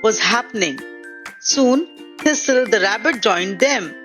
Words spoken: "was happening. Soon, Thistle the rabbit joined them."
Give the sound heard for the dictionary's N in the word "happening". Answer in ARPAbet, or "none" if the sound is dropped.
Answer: N